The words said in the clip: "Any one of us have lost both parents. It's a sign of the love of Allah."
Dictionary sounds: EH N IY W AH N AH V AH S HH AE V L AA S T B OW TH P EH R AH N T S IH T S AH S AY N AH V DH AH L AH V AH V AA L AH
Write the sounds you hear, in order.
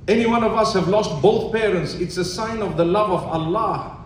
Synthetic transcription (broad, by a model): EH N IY W AH N AH V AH S HH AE V L AA S T B OW TH P EH R AH N T S IH T S AH S AY N AH V DH AH L AH V AH V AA L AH